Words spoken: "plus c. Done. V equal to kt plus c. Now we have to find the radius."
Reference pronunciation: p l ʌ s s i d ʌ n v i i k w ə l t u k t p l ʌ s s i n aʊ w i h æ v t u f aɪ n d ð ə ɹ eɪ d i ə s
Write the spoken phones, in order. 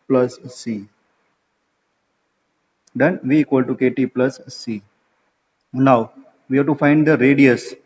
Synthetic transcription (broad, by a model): p l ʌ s s i d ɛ n v i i k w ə l t u k t p l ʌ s s i n aʊ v i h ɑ t u f aɪ n d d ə ɹ eɪ d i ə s